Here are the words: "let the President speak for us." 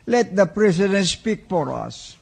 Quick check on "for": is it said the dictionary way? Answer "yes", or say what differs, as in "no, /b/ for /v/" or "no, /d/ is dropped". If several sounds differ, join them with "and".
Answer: no, /p/ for /f/